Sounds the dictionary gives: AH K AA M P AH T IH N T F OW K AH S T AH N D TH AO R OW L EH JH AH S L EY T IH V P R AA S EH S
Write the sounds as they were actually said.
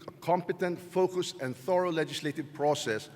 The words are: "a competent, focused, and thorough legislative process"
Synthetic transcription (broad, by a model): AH K AA M P AH T IH N T F OW K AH S AH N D TH AO R OW L EH JH AH S L EY T IH V P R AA S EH S